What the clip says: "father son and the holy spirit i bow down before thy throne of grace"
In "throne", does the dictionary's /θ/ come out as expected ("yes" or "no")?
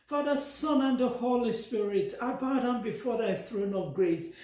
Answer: yes